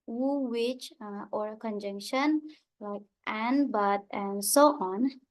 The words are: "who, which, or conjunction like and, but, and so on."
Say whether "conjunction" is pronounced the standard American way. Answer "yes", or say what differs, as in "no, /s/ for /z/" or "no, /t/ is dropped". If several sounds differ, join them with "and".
yes